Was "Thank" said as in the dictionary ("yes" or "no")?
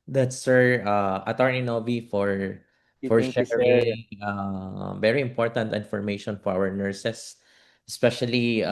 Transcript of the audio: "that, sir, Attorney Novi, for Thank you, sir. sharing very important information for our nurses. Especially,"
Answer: no